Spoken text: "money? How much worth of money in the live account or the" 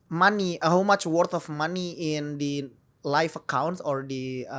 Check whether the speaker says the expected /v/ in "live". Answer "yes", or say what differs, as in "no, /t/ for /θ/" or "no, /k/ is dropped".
no, /f/ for /v/